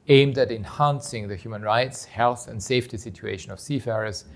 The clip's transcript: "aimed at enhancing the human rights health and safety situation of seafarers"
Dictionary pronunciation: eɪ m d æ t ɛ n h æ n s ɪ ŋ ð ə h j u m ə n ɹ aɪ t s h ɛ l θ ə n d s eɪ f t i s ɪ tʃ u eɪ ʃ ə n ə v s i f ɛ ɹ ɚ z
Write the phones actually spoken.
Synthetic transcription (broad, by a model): eɪ m d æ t ɛ n h æ n s ɪ ŋ ð ə h j u m ə n ɹ aɪ t s h ɛ l θ ə n d s eɪ f t i s ɪ tʃ u eɪ ʃ ə n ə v s i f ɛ ɹ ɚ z